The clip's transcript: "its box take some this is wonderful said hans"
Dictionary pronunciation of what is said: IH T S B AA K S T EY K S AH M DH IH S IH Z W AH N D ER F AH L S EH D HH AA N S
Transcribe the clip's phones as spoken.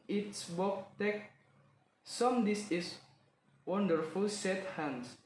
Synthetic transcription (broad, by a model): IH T S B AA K T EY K S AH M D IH S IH S W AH N D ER F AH L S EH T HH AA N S